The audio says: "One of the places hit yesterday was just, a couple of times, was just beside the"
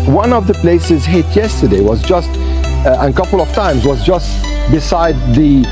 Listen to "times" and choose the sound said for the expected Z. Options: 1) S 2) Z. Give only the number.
2